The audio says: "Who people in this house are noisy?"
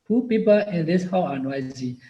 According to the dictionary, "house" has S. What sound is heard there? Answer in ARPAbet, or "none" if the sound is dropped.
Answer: none